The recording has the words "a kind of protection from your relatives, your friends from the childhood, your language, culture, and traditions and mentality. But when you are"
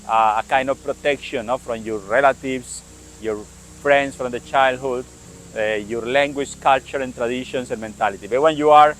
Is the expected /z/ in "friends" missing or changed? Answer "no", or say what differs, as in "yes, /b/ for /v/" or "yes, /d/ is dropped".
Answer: yes, /s/ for /z/